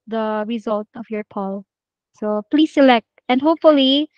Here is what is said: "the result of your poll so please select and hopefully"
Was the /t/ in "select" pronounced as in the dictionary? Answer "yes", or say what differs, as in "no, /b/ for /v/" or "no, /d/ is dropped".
yes